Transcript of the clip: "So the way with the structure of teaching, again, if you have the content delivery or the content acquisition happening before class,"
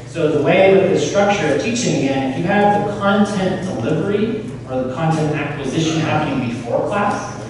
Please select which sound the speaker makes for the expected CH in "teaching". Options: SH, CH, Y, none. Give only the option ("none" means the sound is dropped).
CH